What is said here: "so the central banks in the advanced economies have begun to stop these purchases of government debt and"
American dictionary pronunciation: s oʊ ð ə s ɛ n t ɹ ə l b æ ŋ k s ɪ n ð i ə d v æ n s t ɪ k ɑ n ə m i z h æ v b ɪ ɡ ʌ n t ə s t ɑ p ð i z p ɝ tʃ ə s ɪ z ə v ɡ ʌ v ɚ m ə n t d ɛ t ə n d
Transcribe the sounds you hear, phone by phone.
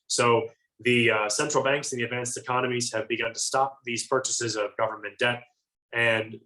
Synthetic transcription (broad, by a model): s oʊ ð ə s ɛ n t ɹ l b æ ŋ k s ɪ n ð i ə d v æ n s t ɪ k ɑ n ə m i z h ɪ v b ɪ ɡ ʌ n t ə s t ɑ p ð i z p ɝ tʃ ə s ɪ z ə v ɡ ʌ v ɚ m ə n d ɛ t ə n